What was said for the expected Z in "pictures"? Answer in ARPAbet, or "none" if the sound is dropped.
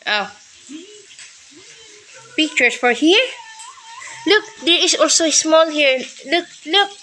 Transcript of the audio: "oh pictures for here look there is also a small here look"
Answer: S